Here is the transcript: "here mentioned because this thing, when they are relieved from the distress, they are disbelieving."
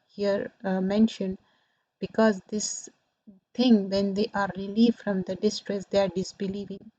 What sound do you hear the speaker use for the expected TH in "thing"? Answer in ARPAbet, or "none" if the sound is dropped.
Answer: T